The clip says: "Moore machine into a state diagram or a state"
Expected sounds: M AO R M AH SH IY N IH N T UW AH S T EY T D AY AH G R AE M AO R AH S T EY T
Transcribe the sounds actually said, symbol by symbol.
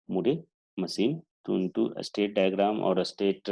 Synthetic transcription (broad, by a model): M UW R M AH S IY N IH N T UW AH S T EY T D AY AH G R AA M AO R AH S T EY T